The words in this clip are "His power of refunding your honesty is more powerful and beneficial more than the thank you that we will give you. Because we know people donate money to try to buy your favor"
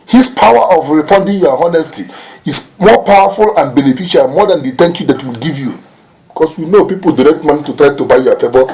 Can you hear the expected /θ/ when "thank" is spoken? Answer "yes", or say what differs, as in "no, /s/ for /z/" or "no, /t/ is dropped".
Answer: no, /t/ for /θ/